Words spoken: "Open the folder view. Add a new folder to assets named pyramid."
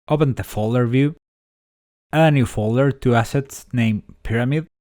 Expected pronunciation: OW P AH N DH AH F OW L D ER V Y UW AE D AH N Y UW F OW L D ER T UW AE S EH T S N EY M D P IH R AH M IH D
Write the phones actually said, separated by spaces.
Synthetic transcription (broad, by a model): OW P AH N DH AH F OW L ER V Y UW AH N Y UW F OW L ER T UW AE S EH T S N EY M P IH R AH M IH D